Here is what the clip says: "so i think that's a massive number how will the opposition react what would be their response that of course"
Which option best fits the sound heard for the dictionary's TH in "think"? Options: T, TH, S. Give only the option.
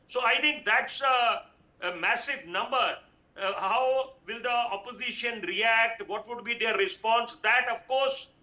T